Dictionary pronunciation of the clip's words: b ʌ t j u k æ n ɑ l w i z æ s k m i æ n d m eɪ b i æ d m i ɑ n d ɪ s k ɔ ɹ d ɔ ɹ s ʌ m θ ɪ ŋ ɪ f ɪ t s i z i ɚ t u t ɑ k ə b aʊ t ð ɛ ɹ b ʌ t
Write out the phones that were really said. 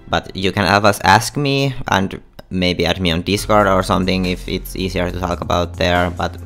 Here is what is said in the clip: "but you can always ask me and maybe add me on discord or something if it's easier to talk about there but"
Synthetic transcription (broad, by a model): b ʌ t j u k æ n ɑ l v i s æ s k m i æ n d m eɪ b i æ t m i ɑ n d ɪ s k ɔ ɹ d ɔ ɹ s ʌ m θ ɪ ŋ ɪ f ɪ t s i s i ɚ t u t ɑ k ə b aʊ t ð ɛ ɹ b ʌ t